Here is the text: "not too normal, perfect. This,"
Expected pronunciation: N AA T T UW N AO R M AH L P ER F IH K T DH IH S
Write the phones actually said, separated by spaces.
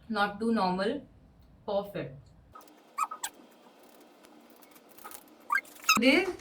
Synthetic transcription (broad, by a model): N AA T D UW N AO R M AH L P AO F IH T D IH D